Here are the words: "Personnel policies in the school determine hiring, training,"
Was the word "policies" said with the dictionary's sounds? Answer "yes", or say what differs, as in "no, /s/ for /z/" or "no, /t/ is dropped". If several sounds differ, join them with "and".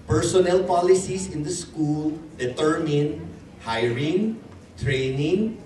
no, /s/ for /z/